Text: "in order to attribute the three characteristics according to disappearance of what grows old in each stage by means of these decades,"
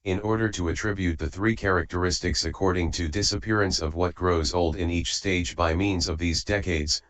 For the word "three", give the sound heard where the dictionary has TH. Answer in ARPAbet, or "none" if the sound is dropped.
TH